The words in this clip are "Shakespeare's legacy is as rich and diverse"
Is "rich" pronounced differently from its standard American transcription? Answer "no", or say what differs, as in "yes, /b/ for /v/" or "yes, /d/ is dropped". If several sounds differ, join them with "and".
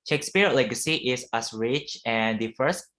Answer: no